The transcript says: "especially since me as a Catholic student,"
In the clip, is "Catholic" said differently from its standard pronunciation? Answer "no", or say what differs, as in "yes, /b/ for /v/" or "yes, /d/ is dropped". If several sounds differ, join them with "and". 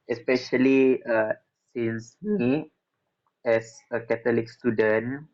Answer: yes, /t/ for /θ/